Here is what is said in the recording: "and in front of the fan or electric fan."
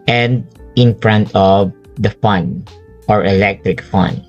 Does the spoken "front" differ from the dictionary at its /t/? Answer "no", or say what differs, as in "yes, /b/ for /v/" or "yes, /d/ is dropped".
no